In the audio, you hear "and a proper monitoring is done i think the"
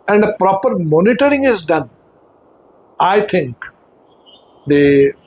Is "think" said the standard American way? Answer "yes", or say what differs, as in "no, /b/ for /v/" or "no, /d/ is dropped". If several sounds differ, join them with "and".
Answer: no, /t/ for /θ/